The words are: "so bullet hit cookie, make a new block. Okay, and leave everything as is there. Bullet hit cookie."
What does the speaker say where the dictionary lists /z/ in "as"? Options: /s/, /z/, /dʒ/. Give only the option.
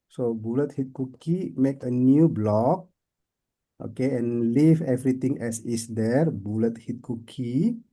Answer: /s/